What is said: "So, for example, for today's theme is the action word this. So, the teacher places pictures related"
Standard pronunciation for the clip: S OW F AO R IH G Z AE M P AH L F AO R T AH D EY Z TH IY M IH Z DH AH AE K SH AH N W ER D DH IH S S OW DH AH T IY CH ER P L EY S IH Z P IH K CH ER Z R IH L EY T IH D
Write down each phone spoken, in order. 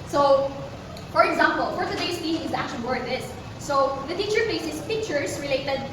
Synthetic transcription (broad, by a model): S OW F AO R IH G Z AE M P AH L F AO R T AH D EY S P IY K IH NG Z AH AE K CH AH L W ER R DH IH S S OW DH AH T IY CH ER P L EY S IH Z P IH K CH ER S R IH L EY T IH D